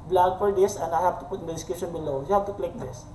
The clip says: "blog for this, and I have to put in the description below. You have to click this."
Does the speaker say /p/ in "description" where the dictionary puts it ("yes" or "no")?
no